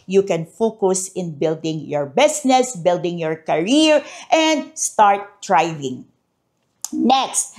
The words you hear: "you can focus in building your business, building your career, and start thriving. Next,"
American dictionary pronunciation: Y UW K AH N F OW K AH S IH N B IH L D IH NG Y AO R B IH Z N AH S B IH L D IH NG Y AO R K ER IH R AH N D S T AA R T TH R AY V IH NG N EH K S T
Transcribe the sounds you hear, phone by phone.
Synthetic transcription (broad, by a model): Y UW K AH N F OW K AH S IH N B IH L D IH NG Y AO R B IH S N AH S B IH L D IH NG Y AO R K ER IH R AH N D S T AA R T R AY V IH NG N EH K S T